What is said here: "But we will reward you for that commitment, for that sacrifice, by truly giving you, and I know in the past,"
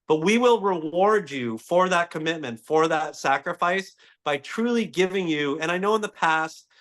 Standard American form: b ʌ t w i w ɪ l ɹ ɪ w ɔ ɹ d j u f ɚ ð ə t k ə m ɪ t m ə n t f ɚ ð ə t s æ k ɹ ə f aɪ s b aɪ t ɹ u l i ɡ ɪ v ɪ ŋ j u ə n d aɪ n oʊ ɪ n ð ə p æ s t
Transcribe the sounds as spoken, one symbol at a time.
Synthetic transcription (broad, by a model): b ʌ t w i w ɪ l ɹ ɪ w ɔ ɹ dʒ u f ɚ ð ə t k ə m ɪ t m ə n t f ɚ ð ə t s æ k ɹ ə f aɪ s b aɪ t ɹ u l i ɡ ɪ v ɪ ŋ j u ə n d aɪ n oʊ ɪ n ð ə p æ s t